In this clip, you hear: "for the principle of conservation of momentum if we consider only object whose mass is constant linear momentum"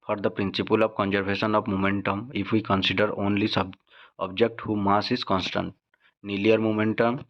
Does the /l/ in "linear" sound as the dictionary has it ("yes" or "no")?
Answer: no